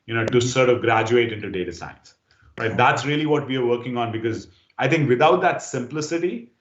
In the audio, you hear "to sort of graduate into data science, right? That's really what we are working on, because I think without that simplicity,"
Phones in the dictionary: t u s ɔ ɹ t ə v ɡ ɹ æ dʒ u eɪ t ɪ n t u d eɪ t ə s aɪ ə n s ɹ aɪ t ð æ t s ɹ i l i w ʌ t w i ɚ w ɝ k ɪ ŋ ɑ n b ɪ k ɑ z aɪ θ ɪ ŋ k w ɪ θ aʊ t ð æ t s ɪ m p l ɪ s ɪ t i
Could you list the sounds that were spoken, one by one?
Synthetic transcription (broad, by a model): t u s ɔ ɹ t ə v ɡ ɹ æ dʒ u eɪ t ɪ n t u d eɪ t ə s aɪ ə n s ɹ aɪ t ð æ t s ɹ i l i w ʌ t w i ɚ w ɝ k ɪ ŋ ɑ n b ɪ k ɑ z aɪ t ɪ ŋ k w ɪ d aʊ t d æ t s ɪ m p l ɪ s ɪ t i